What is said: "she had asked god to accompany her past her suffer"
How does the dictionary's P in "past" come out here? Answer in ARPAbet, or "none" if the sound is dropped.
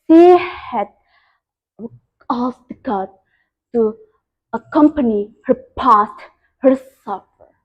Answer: P